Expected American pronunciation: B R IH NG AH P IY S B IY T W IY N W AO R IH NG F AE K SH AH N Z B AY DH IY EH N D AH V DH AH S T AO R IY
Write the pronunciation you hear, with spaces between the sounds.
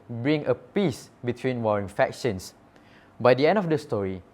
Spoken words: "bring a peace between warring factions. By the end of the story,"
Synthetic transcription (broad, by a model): B R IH NG AH P IY S B IY T W IY N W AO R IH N F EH K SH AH N S B AY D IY EH N D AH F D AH S T AO R IY